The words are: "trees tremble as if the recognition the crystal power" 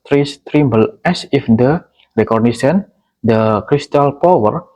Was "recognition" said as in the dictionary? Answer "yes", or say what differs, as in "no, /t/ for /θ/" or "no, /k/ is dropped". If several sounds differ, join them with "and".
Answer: no, /s/ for /ʃ/